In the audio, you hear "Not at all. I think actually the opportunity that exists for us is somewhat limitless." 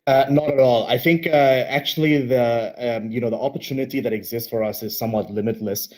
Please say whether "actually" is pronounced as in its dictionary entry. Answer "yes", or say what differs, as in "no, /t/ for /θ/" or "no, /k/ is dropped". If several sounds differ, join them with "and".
no, /n/ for /l/